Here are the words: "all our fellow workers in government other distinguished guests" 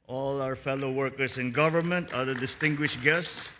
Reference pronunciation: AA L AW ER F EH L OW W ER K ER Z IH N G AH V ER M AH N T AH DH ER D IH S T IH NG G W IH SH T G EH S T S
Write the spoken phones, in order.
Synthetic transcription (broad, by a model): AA L AW ER F EH L OW W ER K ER S IH N G AH V ER M AH N T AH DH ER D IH S T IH NG G W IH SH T G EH S T S